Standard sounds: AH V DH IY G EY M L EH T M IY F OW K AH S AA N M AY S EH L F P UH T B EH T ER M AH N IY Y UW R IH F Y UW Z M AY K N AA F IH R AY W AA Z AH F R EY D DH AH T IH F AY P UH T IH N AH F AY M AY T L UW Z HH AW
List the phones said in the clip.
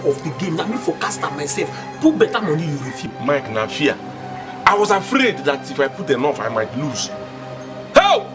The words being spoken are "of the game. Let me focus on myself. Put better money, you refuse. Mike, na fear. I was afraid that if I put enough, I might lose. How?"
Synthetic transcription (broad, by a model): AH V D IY G EY M N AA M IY F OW K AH S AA M AY S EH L F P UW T B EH T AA M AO N IY Y UW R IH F Y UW M AY K N AA F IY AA AY W AA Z AH F R EY D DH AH T IH F AY P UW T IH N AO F AY M AY T L UW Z HH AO